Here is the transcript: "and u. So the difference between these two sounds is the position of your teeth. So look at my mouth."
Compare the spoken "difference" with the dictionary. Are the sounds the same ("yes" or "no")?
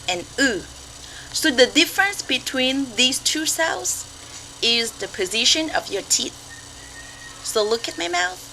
yes